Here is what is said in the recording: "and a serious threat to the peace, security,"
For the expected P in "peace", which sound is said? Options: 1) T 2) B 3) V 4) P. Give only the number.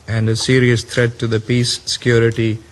4